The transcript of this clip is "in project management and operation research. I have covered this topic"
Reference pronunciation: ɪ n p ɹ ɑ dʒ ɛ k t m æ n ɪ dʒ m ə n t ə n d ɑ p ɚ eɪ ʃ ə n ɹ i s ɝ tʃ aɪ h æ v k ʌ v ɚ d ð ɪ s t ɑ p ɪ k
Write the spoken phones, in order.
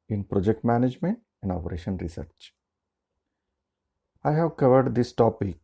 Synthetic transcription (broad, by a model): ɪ n p ɹ ɑ dʒ ɛ k t m æ n ɪ dʒ m ə n t ə n d ɑ p ɚ eɪ ʃ ə n ɹ i s ɝ tʃ aɪ h æ v k ʌ v ɚ d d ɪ s t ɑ p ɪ k